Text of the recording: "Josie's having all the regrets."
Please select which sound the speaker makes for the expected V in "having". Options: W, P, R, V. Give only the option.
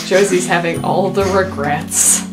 V